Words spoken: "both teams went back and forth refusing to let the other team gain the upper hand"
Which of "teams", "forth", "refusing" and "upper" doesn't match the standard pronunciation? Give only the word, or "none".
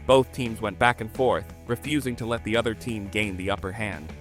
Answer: none